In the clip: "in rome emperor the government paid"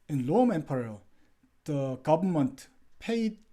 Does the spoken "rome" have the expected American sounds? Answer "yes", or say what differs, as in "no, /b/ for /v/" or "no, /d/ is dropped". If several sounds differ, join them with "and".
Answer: no, /l/ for /ɹ/